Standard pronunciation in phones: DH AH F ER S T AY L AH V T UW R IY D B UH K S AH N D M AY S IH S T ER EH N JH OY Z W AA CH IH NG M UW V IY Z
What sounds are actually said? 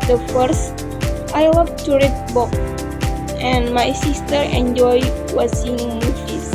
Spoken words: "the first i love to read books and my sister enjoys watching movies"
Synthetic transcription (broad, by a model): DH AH F ER S T AY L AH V T UW R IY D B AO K AH N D M AY S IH S T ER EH N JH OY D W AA S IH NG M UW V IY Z